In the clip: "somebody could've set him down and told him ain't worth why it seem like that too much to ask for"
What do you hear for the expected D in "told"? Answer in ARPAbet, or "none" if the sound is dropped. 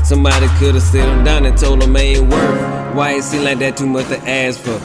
none